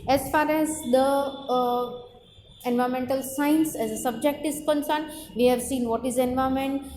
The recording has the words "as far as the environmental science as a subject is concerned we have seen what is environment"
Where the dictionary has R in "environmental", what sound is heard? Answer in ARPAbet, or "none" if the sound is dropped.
none